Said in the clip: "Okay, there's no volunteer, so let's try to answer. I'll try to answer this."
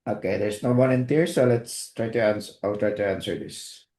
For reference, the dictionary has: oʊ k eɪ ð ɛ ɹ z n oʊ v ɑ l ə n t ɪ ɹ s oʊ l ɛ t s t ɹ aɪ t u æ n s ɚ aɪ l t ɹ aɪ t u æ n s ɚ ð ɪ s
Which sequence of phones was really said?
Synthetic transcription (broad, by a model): oʊ k eɪ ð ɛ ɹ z n oʊ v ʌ n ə n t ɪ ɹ s oʊ l ɛ t s t ɹ aɪ t u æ n s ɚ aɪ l t ɹ aɪ t u æ n s ɚ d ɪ s